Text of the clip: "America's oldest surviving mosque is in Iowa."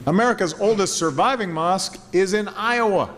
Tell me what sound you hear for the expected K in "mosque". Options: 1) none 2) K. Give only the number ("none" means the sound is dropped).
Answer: 2